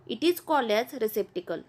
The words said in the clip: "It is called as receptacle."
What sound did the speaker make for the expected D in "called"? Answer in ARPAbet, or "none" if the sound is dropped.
none